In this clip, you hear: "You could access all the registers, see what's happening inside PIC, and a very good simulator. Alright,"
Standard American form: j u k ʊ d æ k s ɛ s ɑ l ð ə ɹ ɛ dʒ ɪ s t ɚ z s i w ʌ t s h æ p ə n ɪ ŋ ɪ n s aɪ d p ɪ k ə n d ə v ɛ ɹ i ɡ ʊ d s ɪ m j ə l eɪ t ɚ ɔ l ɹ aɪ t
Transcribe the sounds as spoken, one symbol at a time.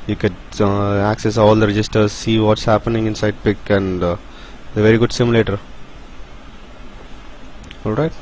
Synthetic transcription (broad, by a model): j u k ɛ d æ k s ɛ s ɑ l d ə ɹ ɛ dʒ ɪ s t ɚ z s i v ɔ t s h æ p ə n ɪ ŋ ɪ n s aɪ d p ɪ k ə n d ə v ɛ ɹ i ɡ ʊ d s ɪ m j l eɪ t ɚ ɔ l ɹ aɪ t